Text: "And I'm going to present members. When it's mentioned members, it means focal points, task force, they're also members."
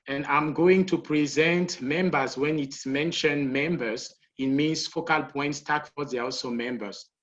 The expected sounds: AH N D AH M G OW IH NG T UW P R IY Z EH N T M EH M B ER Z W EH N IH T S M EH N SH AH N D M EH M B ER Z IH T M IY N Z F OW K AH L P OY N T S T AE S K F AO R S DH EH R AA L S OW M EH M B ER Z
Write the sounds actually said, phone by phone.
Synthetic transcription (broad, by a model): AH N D AH M G OW IH NG T UW P R IY Z EH N T M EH M B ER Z W EH N IH T S M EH N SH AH N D M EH M B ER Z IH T M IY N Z F OW K AH L P OY N T S T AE K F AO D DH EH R AA L S OW M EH M B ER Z